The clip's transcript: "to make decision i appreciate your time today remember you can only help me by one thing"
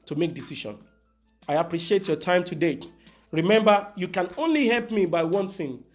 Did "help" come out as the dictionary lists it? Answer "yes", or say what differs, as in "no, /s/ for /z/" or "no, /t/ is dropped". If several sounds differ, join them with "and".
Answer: yes